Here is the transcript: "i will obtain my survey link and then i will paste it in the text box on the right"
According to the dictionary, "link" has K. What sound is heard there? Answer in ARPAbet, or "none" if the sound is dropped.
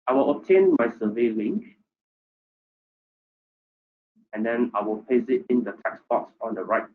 K